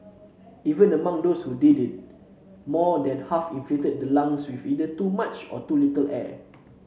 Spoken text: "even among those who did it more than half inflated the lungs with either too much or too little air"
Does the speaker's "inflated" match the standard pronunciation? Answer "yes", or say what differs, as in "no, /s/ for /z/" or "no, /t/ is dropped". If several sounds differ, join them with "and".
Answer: no, /l/ is dropped